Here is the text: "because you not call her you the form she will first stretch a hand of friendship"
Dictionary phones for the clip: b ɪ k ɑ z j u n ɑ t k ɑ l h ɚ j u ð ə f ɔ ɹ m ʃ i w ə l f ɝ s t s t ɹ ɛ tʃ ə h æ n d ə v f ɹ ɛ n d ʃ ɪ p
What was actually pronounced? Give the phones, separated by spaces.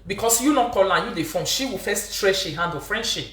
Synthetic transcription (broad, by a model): b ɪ k ɑ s j u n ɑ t k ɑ l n j u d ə f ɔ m ʃ i w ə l f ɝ s t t ɹ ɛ ʃ ə h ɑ n d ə f ɹ ɛ n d ʃ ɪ p